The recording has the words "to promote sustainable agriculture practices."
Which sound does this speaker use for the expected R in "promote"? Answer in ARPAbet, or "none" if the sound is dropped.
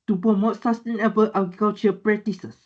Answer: none